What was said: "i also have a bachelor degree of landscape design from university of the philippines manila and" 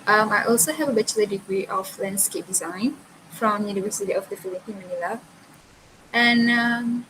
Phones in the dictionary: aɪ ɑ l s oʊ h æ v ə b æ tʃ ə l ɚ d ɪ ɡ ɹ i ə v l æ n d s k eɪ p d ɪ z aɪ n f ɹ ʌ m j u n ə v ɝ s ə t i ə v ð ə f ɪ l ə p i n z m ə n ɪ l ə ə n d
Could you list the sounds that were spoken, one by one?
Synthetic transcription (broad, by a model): aɪ ɑ l s oʊ h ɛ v ə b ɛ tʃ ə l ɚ d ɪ ɡ ɹ i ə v l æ n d s k eɪ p d ɪ z aɪ n f ɹ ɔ m j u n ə v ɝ s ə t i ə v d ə f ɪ l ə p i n m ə n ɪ l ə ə n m